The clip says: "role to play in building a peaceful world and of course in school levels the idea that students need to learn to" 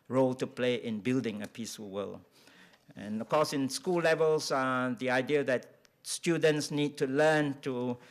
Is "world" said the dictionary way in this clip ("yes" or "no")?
no